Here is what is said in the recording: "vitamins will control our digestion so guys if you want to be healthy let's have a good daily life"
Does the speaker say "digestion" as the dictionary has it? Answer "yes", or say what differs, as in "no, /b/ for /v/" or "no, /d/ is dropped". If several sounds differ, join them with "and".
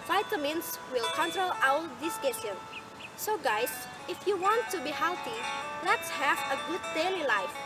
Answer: no, /tʃ/ is dropped